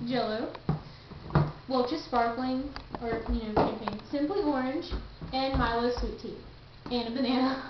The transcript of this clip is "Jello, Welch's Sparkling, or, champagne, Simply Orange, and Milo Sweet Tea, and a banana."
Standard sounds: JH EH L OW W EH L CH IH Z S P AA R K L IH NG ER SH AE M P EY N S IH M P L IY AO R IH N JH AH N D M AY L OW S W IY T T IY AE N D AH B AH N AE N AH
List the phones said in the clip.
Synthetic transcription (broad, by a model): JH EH L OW W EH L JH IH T S P AA R K L IH NG ER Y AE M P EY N S IH M P L IY AO R IH N JH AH N M AY L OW S W IY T T IY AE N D AH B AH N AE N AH